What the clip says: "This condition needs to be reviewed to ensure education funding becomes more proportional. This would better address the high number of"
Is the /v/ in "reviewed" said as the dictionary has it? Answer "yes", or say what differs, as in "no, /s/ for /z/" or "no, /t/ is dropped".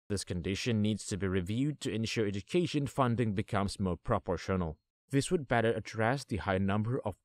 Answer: yes